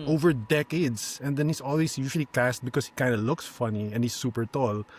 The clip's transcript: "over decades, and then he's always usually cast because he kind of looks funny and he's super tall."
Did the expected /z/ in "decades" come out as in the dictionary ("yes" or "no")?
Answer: no